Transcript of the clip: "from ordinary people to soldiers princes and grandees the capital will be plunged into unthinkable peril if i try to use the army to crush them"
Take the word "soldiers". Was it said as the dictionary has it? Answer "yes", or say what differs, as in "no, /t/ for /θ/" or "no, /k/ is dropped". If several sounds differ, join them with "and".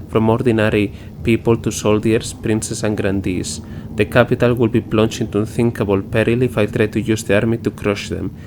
no, /s/ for /z/